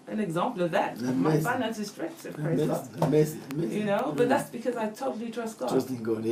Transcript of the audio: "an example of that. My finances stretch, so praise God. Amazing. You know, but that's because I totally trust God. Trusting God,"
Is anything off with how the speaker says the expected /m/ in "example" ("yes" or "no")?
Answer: no